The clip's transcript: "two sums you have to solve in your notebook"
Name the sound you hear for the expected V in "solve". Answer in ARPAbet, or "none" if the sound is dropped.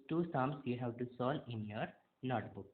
none